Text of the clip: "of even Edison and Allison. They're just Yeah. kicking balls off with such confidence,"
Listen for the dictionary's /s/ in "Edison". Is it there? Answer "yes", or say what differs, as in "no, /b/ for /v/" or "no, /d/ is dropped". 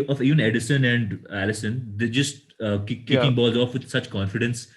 yes